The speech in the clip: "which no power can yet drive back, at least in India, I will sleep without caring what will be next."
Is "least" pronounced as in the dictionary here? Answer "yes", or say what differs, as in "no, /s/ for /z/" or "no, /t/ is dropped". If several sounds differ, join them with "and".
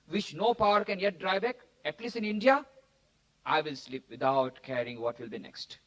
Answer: no, /t/ is dropped